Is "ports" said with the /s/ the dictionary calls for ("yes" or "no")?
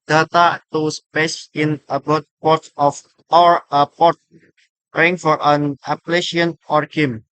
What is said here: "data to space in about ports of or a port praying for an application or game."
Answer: no